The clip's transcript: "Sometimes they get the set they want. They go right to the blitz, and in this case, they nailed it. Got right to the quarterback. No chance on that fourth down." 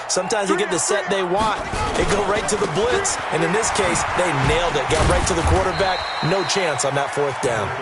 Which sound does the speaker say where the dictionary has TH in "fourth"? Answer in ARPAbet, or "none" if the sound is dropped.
TH